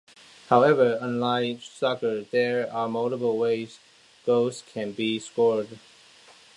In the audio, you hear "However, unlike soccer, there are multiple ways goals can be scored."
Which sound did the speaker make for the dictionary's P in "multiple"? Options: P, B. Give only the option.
B